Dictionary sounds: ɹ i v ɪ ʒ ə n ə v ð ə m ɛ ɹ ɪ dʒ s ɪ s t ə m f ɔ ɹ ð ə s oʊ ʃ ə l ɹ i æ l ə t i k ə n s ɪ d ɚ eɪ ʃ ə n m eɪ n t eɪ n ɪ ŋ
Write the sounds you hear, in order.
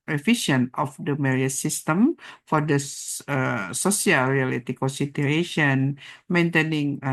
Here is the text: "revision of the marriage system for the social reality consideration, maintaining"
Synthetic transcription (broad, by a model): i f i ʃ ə n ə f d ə m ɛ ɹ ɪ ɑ s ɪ s t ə m f ɔ ɹ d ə s oʊ s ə l ɹ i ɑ l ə t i k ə n s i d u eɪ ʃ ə n m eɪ n t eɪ n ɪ ŋ